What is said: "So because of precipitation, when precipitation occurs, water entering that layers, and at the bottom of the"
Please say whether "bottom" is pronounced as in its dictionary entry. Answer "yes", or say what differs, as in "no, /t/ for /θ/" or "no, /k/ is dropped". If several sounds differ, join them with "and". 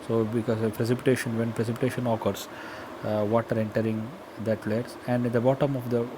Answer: yes